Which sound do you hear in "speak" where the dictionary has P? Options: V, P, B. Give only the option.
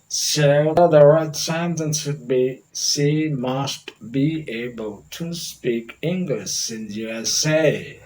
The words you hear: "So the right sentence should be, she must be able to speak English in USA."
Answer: P